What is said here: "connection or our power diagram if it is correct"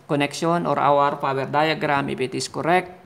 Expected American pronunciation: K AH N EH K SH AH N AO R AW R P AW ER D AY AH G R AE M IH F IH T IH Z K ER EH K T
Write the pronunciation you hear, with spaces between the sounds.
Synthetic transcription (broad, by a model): K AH N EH K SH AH N AO R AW R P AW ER D AY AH G R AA M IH P IH T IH S K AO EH K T